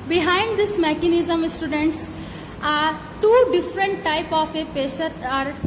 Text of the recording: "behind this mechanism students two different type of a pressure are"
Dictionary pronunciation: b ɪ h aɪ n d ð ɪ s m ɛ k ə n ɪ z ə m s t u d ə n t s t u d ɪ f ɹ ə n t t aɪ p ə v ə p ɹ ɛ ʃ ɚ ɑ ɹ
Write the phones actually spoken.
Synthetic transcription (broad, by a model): b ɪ h aɪ n d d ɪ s m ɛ k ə n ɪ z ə m s t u d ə n t s t u d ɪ f ɹ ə n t t aɪ p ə f ə p ɛ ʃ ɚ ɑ ɹ